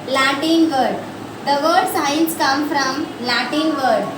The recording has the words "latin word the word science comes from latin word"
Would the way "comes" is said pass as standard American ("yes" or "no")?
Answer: no